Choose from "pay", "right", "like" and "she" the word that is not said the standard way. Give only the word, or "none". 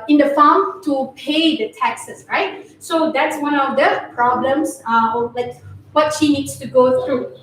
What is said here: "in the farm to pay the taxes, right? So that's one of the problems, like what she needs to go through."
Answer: none